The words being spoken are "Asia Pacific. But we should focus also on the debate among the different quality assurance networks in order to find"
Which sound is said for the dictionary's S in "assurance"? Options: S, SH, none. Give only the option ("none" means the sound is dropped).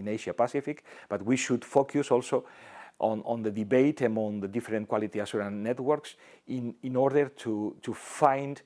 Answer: none